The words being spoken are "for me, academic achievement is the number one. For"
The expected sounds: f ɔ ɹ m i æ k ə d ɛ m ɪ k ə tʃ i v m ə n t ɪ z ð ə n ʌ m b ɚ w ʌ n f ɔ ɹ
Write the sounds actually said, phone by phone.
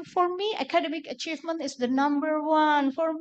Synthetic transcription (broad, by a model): f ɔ ɹ m i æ k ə d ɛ m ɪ k ə tʃ i v m ə n t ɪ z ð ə n ʌ m b ɚ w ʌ n f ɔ ɹ